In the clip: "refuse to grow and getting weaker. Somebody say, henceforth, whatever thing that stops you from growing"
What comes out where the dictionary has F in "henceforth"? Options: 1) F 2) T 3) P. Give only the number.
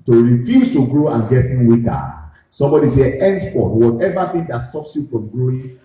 3